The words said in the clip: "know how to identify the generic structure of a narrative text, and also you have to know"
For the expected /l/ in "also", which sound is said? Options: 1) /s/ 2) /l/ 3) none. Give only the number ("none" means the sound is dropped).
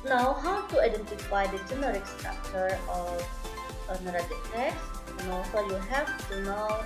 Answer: 3